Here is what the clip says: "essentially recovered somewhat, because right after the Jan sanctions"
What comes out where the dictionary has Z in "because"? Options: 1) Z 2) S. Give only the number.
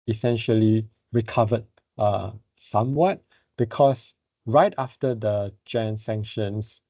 2